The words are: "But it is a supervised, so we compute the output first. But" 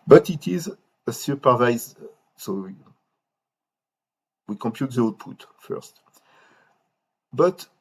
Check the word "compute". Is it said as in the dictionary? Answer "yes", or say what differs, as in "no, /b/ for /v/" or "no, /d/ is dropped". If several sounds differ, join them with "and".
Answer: yes